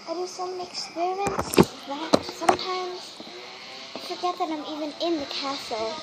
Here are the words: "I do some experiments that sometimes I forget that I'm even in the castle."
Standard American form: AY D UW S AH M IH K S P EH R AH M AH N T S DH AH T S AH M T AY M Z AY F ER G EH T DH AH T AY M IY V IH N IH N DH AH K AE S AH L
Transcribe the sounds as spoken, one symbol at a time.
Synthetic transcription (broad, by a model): AY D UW S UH M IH K S P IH R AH AH N S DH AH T S AH M T AY M Z AY F ER G EH T DH AH T AY M IY V IH N IH N DH AH K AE S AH L